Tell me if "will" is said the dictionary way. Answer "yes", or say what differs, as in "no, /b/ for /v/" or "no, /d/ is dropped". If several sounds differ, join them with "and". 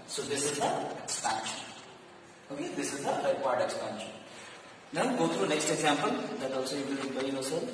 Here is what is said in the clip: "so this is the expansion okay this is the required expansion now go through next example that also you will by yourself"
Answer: no, /n/ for /l/